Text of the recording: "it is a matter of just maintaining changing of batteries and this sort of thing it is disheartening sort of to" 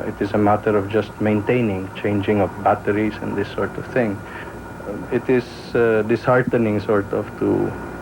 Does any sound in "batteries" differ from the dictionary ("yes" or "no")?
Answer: yes